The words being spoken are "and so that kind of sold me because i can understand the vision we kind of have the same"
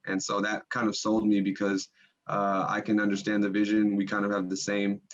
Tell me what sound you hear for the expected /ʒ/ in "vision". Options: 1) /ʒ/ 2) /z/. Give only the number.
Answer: 1